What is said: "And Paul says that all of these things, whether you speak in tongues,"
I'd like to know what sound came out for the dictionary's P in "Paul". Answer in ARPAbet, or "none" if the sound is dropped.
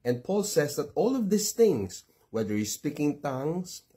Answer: P